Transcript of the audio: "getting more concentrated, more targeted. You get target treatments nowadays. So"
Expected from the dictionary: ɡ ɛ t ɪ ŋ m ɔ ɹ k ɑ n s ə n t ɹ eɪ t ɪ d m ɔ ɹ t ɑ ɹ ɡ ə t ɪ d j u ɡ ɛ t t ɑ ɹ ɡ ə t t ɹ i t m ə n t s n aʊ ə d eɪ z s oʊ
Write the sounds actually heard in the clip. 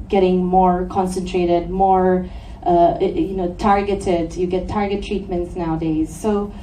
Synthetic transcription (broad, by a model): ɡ ɛ t ɪ ŋ m ɔ ɹ k ɑ n s ə n t ɹ eɪ t ɪ d m ɔ ɹ t ɑ ɹ ɡ ə t ɪ d j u ɡ ɛ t t ɑ ɹ ɡ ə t t ɹ i t m ə n t s n aʊ ə d eɪ z s oʊ